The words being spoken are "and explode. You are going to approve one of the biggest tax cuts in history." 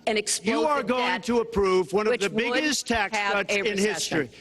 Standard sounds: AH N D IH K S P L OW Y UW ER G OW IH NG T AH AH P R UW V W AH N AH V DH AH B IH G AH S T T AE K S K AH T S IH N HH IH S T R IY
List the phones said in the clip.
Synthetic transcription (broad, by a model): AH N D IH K S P Y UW ER G OW IH NG T AH AH P R UW V W AH N AH V DH AH B IH G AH S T T AE K S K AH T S IH N HH IH S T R IY